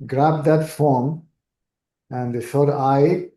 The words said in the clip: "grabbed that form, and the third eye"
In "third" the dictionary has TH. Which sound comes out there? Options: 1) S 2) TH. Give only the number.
1